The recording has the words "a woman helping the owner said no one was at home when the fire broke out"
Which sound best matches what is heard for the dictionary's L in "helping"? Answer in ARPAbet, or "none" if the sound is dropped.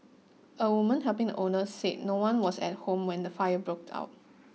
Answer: none